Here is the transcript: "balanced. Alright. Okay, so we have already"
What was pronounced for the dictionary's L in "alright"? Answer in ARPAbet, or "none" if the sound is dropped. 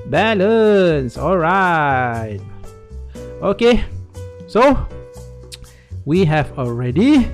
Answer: L